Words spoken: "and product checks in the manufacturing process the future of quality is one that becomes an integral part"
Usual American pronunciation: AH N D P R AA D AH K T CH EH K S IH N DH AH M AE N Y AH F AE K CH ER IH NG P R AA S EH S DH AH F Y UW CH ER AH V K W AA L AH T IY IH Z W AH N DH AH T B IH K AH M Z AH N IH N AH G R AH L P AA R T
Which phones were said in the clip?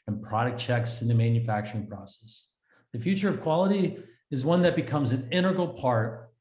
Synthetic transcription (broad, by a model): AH N P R AA D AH K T CH EH K S IH N DH AH M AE N Y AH F AE K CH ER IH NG P R AA S EH S DH AH F Y UW CH ER AH V K W AA L AH T IY IH Z W AH N DH AH T B IH K AH M Z AH N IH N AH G L P AA R T